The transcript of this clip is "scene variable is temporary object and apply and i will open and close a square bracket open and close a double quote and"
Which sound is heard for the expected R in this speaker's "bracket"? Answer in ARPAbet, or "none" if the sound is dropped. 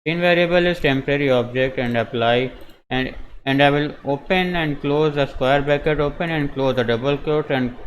none